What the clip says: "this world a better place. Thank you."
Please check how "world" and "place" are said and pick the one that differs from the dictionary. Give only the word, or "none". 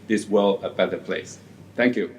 world